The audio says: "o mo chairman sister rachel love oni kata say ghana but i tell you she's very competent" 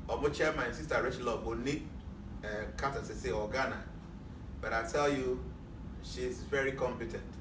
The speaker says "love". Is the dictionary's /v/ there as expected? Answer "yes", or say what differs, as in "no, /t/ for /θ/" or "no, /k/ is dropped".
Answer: no, /b/ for /v/